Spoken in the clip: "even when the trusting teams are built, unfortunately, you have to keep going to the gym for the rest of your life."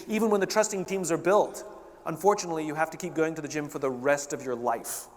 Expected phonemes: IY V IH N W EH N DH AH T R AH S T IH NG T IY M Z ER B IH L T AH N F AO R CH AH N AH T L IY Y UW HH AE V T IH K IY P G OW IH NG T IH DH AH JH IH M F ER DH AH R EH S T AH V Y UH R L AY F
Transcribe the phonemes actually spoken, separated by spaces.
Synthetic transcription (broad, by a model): IY V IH N W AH N DH AH T R AH S T IH NG T IY M Z ER B IH L T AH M F AO R CH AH N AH T L IY Y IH HH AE F T IH K IY P G OW IH NG T IH DH AH JH IH M F ER DH AH R EH S T AH V Y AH R L AY F